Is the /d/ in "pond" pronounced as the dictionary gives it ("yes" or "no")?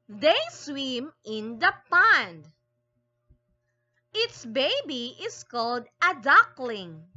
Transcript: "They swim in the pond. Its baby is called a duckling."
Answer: yes